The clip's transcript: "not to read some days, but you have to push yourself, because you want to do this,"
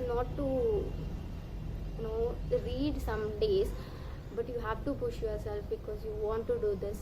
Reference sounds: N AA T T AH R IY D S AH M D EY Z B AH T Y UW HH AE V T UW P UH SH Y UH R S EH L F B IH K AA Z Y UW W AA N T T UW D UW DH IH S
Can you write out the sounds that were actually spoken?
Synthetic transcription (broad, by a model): N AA T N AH R IY D S AH M D EY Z B AH T Y UW HH AE V T UW P UH SH Y UH R S EH L F B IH K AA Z Y UW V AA N T T UW D UW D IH S